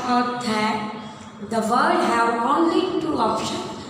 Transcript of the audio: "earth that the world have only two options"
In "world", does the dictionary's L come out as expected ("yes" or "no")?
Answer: no